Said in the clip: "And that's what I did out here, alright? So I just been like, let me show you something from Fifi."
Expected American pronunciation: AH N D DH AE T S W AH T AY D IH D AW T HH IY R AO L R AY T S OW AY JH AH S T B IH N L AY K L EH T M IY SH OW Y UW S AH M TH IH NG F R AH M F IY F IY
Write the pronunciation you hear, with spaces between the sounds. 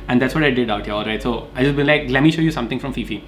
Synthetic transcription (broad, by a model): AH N D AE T S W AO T AY D IH D AW T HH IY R AO L R AY T S OW AY JH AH S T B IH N L AY K L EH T M IY SH OW Y UW S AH M T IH NG F R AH M F IY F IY